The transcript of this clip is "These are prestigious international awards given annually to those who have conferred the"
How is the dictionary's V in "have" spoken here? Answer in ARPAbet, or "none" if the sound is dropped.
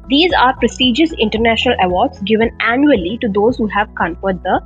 V